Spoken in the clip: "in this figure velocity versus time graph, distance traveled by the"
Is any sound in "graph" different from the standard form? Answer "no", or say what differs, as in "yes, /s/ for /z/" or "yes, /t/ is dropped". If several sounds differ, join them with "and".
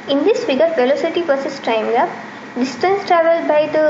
yes, /ɹ/ is dropped